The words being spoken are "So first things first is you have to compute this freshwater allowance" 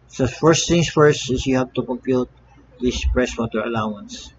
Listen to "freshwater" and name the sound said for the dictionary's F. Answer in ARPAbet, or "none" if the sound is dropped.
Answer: P